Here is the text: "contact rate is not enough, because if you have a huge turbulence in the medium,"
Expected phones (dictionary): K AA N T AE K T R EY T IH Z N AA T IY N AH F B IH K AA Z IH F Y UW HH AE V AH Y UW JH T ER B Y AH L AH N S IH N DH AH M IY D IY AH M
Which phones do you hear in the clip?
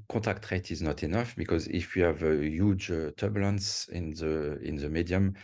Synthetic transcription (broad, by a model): K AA T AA K T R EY T IH Z N AA T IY N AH F B IH K AA Z IH F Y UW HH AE V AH Y UW JH T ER B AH L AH N S IH N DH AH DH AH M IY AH M